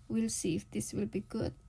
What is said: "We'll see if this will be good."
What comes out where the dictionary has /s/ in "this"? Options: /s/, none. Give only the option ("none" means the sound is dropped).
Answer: /s/